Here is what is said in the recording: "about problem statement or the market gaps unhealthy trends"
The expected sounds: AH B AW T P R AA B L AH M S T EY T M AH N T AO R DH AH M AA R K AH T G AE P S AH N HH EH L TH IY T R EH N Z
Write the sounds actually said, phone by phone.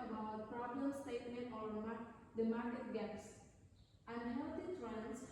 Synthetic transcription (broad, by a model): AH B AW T P R AA B L AH M S T EY T M AH N T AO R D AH M AA R K AH T G AE P S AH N HH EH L T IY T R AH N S